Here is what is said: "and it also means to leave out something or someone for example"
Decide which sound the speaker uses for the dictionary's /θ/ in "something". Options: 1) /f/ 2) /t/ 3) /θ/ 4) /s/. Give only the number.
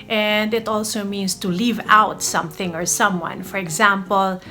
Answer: 3